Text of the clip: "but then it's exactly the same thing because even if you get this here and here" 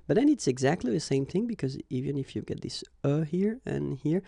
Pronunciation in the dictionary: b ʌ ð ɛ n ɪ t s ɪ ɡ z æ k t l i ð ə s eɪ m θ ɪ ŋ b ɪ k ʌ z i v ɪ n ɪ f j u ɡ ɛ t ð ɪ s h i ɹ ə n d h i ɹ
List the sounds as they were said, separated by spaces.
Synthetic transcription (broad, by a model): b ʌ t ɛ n ɪ t s ɪ ɡ z æ k t l i ð ə s eɪ m θ ɪ ŋ b ɪ k ʌ z i v ɪ n ɪ f j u ɡ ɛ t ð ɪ s h i ɹ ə n h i ɹ